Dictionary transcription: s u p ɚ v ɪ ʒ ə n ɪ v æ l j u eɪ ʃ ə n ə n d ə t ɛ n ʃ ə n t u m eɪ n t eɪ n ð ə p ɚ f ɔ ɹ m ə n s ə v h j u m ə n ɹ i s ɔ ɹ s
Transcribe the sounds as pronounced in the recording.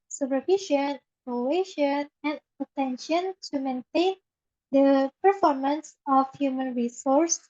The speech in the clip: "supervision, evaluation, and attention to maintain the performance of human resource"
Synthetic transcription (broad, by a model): s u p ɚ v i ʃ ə n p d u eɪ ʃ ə n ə n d ə t ɛ n ʃ ə n t u m eɪ n t eɪ n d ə p ɚ f ɔ ɹ m ə n s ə f h j u m ə n ɹ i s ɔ ɹ s